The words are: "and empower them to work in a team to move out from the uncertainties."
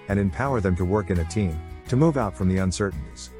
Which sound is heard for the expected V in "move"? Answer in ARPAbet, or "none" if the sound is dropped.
V